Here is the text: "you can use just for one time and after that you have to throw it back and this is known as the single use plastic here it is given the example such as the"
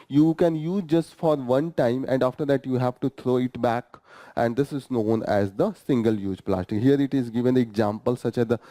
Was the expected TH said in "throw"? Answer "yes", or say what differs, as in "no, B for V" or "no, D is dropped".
no, T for TH